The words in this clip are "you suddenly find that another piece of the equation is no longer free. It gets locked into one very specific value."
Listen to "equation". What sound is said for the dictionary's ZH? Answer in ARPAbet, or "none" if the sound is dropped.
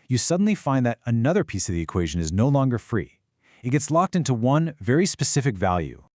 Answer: ZH